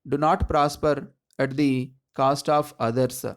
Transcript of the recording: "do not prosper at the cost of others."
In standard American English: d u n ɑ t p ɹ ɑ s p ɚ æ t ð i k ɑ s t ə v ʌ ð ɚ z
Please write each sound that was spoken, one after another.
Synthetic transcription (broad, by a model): d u n ɑ t p ɹ ɑ s p ɚ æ t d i k ɑ s t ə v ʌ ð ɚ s